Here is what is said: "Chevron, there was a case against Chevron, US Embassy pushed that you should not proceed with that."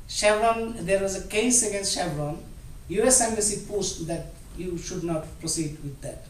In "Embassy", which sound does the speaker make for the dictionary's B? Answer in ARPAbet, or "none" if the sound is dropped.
none